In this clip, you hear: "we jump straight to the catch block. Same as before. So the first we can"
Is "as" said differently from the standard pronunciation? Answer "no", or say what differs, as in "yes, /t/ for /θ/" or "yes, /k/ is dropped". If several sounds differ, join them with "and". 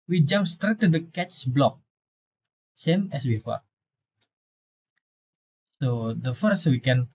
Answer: yes, /s/ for /z/